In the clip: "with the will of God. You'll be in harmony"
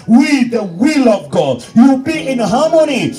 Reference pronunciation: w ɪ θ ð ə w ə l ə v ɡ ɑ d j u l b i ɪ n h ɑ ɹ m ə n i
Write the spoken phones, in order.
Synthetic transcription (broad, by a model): w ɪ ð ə w ə l ə v ɡ ɑ d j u w b i ɪ n h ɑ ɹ m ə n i